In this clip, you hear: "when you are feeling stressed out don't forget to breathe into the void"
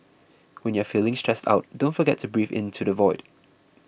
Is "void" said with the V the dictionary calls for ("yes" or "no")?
yes